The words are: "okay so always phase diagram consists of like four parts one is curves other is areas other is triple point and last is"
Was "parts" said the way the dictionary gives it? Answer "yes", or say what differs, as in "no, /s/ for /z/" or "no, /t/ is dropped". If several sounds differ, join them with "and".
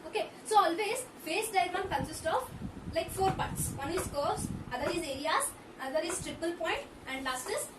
yes